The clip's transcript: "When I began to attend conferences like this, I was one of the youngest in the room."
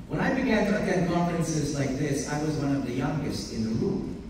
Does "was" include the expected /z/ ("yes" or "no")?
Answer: yes